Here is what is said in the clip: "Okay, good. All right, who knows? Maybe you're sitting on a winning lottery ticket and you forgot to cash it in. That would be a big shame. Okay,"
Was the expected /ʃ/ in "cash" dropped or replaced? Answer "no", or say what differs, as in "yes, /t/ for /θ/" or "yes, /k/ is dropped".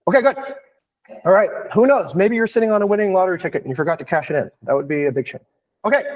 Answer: no